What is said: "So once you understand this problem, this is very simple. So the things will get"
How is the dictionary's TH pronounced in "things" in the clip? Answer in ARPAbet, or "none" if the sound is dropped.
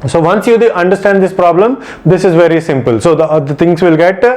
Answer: T